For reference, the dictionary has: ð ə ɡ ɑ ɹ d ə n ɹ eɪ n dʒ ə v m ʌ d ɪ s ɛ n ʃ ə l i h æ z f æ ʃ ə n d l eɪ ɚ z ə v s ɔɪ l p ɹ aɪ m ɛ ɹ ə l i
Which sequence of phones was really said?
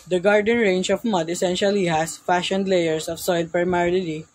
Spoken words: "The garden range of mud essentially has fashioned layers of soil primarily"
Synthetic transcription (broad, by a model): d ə ɡ ɑ ɹ d ə n ɹ eɪ n dʒ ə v m ʌ d ɪ s ɛ n ʃ ə l i h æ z f æ ʃ ə n d l eɪ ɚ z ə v s ɔɪ l p ɹ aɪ m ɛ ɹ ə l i